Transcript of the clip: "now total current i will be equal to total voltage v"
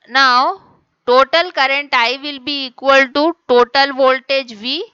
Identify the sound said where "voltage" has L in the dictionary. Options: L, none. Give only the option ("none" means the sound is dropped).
L